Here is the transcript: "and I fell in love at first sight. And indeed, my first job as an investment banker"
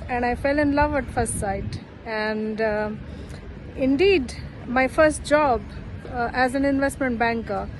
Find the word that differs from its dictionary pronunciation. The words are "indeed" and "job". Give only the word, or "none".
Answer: none